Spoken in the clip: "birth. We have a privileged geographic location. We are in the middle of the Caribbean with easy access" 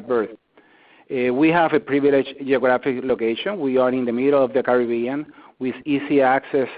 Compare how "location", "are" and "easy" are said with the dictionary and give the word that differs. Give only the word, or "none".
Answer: easy